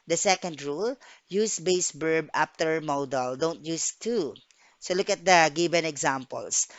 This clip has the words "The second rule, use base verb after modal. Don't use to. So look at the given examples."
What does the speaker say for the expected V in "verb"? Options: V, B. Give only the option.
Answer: B